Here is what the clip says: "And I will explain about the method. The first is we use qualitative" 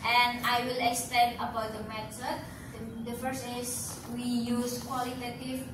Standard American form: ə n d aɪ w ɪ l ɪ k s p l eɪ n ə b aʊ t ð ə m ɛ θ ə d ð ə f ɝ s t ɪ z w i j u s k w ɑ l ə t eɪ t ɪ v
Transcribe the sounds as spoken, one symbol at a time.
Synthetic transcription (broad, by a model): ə n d aɪ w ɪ l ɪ k s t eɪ n ə b aʊ t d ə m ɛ s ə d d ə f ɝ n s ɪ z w i j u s k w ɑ l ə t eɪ t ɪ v